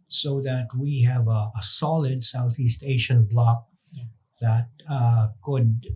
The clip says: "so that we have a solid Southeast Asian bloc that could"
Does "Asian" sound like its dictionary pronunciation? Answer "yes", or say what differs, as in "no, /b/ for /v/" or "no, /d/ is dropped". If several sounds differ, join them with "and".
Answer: no, /ʃ/ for /ʒ/